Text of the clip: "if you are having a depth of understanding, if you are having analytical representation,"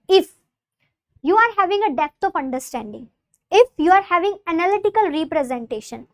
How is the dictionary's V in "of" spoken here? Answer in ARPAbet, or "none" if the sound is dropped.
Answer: P